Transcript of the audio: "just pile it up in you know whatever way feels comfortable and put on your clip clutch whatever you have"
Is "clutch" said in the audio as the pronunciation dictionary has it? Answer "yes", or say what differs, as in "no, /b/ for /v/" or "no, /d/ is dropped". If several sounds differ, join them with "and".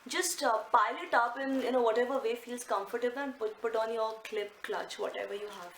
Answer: yes